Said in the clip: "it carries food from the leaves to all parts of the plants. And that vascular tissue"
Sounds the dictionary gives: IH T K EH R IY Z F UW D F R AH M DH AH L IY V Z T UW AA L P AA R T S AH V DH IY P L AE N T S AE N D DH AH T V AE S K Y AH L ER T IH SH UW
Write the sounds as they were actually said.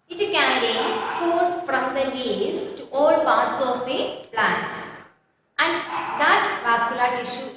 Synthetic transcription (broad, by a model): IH T K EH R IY F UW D F R AH M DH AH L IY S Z T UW AA L P AA R T S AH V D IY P L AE N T S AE N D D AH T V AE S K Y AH L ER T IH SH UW